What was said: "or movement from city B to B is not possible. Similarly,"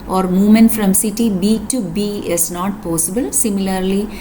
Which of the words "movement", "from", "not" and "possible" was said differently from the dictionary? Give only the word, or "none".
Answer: movement